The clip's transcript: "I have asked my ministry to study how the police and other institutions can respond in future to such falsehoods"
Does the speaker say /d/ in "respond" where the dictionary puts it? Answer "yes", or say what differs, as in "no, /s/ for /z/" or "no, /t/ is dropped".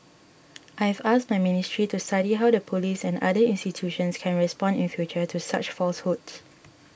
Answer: yes